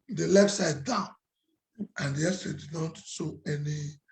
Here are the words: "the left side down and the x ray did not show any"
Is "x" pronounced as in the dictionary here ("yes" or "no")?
no